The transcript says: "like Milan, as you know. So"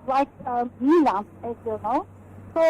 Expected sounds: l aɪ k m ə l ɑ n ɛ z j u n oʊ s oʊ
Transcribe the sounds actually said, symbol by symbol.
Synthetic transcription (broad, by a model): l aɪ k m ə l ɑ ɛ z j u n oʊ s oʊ